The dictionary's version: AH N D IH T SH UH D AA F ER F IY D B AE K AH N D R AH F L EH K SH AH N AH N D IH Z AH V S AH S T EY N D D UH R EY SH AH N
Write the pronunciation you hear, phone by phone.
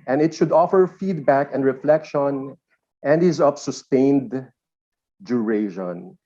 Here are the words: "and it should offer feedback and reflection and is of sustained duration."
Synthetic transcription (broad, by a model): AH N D IH T SH UH D AA F ER F IY D B AE K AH N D R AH F L EH K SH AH N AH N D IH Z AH P S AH S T EY N D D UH R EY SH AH N